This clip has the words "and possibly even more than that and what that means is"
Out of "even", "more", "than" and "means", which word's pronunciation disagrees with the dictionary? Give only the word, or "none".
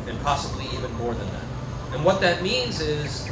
none